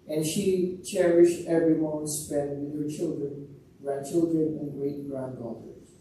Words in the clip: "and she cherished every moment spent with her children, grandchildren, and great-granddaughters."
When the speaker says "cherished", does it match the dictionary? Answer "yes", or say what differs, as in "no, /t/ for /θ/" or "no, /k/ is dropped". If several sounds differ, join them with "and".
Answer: yes